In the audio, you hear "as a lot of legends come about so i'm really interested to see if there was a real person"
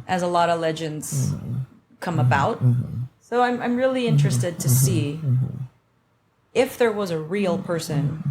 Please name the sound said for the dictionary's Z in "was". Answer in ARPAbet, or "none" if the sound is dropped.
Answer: Z